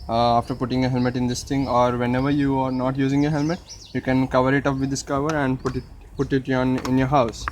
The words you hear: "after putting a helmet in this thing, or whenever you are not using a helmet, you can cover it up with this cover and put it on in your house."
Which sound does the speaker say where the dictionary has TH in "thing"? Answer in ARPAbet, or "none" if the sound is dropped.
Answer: T